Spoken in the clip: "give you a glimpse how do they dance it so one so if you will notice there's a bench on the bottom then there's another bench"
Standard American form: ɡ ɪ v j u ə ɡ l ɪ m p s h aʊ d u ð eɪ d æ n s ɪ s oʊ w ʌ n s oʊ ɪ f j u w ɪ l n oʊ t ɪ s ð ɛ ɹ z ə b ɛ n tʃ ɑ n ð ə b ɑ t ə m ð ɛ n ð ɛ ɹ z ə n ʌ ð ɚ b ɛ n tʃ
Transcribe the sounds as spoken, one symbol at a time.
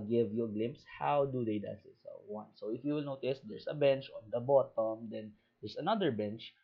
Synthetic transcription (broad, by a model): ɡ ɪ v j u ə ɡ l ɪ m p s h aʊ d u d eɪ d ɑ s ɪ s oʊ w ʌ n s oʊ ɪ f j u w ɪ l n oʊ t ɪ s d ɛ ɹ s ə b ɛ n tʃ ɑ n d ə b ɑ t ə m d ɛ n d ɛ ɹ s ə n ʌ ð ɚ b ɛ n tʃ